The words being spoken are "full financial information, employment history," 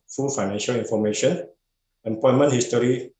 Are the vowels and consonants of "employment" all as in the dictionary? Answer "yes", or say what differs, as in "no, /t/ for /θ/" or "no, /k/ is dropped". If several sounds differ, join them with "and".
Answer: no, /l/ is dropped